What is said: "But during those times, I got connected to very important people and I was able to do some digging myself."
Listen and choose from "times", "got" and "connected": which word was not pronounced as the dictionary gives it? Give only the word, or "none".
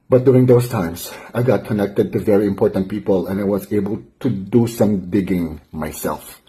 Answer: times